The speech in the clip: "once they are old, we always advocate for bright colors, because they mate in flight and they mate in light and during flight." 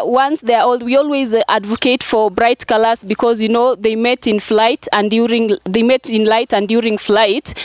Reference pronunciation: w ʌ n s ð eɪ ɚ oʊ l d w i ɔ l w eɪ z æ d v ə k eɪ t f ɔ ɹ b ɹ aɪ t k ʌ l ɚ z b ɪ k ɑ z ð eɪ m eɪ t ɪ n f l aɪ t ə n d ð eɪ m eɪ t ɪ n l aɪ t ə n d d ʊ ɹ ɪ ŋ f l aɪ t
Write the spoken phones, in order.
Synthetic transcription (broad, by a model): w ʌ n s ð eɪ ɚ oʊ l d w i ɔ l w eɪ z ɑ d v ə k eɪ t f ɔ ɹ b ɹ aɪ t k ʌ l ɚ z b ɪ k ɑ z ð eɪ m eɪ t ɪ n f l aɪ t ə n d ð eɪ m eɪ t ɪ n l aɪ t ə n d d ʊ ɹ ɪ ŋ f l aɪ t